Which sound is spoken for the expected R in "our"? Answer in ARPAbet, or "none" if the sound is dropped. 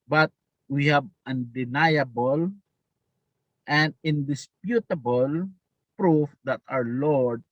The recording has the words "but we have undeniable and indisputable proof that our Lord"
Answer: W